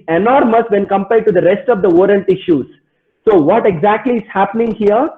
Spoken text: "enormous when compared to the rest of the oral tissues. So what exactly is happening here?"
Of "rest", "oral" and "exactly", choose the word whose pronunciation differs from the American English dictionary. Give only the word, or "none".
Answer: oral